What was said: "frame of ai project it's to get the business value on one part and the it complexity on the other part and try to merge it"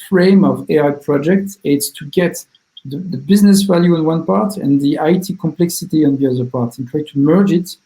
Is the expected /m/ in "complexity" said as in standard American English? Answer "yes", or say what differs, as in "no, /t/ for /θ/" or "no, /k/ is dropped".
yes